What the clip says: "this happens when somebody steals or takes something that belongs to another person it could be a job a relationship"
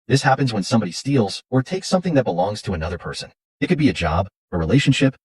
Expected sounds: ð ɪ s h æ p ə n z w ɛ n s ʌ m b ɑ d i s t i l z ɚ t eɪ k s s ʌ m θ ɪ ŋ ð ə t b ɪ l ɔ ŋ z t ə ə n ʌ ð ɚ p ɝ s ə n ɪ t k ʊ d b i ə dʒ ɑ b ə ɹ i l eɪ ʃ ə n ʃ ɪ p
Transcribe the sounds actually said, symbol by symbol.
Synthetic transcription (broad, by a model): ð ɪ s h æ p ə n z w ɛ n s ʌ m b ɑ d i s t i l z ɚ t eɪ k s s ʌ m θ ɪ ŋ ð ə t b ɪ l ɔ ŋ z t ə ə n ʌ ð ɚ p ɝ s ə n ɪ t k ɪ d b i ə dʒ ɑ b ə ɹ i l eɪ ʃ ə n ʃ ɪ p